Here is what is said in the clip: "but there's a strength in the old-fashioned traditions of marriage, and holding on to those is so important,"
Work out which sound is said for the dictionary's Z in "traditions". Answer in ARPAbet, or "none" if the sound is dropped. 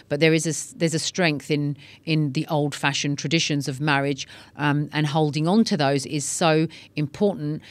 Z